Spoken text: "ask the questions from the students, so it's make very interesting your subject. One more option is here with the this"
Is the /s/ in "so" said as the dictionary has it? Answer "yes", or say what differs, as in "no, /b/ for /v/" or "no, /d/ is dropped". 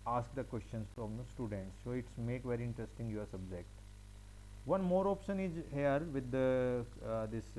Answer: yes